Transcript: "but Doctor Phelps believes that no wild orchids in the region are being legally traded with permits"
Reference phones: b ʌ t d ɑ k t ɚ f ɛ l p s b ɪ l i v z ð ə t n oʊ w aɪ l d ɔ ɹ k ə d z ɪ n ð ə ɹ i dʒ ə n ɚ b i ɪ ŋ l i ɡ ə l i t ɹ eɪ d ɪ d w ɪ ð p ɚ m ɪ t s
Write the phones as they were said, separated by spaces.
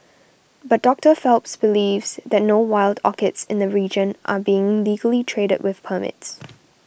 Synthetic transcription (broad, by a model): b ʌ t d ɑ k t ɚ f ɛ l p s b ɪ l i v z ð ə t n oʊ w aɪ l d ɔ k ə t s ɪ n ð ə ɹ i dʒ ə n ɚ b i ɪ ŋ l i ɡ ə l i t ɹ eɪ d ɪ d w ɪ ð p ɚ m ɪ t s